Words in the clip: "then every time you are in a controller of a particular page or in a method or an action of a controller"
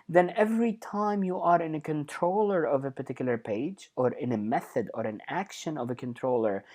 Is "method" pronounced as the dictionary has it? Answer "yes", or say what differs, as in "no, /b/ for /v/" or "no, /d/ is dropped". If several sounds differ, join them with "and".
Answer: yes